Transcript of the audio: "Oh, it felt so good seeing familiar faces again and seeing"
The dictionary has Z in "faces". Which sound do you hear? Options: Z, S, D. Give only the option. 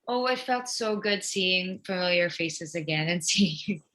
Z